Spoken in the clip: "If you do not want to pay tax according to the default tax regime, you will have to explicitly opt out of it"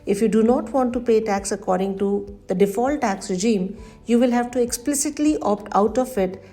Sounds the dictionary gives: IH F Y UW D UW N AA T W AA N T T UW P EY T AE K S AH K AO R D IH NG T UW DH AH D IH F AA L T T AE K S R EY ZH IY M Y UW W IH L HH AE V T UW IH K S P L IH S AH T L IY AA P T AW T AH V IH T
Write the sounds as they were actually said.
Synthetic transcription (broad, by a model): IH F Y UW D UW N AA T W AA N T T UW P EY T AE K S AH K AO R D IH NG T UW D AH D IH F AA L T T AE K S R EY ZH IY M Y UW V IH L HH AE V T UW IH K S P L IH S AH T L IY AA P T AW T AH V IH T